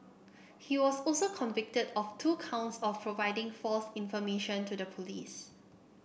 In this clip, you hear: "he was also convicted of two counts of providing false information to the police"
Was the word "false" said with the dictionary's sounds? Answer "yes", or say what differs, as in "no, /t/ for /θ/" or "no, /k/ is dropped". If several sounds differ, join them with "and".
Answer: yes